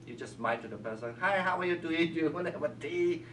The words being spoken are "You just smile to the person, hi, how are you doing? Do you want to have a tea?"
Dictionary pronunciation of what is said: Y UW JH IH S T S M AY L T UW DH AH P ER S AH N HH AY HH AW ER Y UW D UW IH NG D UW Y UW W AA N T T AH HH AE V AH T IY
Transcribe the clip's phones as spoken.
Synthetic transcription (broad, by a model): Y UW JH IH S S M AY N T UW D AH P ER S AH N HH AY HH AW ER Y UW D UW IH NG Y UW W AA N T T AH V AH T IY